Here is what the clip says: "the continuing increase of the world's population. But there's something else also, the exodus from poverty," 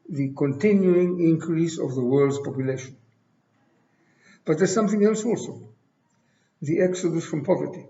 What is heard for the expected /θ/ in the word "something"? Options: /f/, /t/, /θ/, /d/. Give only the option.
/θ/